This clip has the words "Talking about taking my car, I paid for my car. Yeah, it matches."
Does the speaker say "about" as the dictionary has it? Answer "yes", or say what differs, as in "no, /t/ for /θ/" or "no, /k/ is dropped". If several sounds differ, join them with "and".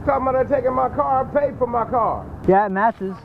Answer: no, /b/ is dropped